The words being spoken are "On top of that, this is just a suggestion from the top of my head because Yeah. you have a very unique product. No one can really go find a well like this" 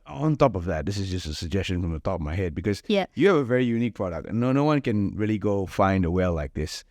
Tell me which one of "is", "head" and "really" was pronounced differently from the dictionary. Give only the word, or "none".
none